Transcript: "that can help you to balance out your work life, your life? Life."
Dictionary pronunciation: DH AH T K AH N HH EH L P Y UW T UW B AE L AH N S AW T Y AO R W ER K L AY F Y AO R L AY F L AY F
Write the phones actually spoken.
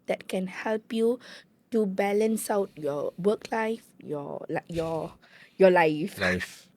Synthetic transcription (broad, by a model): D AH T K AH N HH EH L P Y UW T UW B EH L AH N S AW T Y AO W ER K L AY F Y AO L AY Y L AY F